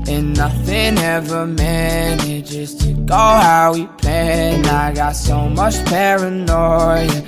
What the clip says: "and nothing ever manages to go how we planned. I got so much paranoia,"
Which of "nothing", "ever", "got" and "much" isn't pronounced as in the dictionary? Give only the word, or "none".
none